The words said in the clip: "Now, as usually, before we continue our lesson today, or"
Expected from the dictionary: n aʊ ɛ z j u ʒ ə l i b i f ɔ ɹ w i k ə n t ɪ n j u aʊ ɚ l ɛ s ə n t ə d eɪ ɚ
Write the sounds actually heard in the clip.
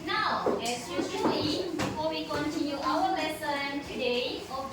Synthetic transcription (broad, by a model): n aʊ ɛ s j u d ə i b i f ɔ w i k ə n t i n j u aʊ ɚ l ɛ s ə n t ə d eɪ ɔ